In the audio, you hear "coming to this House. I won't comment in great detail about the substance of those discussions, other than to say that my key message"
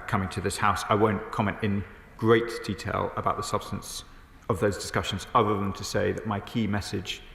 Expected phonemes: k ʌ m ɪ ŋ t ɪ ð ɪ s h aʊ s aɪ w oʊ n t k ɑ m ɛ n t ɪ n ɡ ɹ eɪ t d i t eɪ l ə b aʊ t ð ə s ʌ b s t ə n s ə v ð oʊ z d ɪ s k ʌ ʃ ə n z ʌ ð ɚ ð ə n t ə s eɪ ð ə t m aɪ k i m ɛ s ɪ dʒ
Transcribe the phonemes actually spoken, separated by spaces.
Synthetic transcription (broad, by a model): k ʌ m ɪ ŋ t ɪ ð ɪ s h aʊ s aɪ w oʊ n k ɑ m ɛ n t ɪ n ɡ ɹ eɪ t d i t eɪ l ə b aʊ t ð ə s ʌ b s t ə n s ə v ð oʊ z d ɪ s k ʌ ʃ ə n z ʌ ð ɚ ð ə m t ə s eɪ ð ə t m aɪ k i m ɛ s ɪ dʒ